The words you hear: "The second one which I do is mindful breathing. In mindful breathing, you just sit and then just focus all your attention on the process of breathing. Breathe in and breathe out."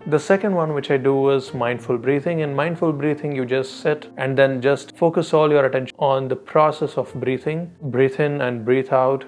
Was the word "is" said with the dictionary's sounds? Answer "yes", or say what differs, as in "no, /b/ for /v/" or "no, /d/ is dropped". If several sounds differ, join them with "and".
yes